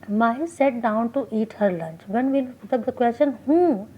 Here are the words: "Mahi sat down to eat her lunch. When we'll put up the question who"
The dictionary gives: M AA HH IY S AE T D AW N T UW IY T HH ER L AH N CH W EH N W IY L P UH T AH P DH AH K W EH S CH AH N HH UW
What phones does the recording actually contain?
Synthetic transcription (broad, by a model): M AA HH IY S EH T D AW N T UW IY T HH ER L AH N CH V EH N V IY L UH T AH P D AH K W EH S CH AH N HH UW